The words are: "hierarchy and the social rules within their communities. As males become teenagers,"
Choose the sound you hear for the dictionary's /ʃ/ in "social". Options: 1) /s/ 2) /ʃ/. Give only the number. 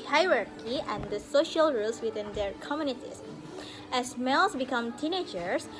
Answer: 2